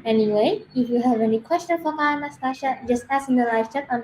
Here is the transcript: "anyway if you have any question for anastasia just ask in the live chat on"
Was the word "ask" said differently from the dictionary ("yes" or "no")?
yes